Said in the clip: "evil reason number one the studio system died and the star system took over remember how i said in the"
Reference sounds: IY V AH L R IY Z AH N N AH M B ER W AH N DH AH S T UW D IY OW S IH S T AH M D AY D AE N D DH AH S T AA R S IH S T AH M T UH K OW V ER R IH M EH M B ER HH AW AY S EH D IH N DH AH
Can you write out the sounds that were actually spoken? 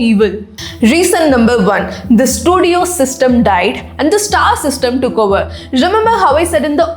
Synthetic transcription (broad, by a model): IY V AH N R IY S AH N N AH M B ER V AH N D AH S T UW D IY OW S IH S T AH M D AY D AE N D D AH S T AA R S IH S T AH M T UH K OW V ER R IH M EH M B ER HH AW AY S EH D IH N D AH